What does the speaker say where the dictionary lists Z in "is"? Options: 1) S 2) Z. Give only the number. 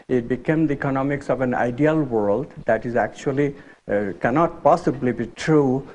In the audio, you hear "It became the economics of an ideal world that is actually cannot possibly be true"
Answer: 2